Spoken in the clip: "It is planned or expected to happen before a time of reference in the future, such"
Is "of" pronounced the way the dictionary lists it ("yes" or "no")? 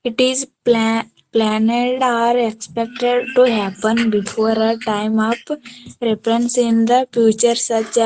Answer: no